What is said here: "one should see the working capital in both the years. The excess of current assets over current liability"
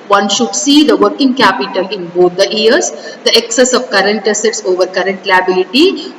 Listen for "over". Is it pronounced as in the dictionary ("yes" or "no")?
yes